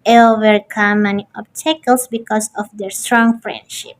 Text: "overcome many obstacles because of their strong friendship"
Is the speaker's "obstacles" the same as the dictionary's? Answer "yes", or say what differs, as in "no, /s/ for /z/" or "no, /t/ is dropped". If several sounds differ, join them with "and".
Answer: no, /s/ is dropped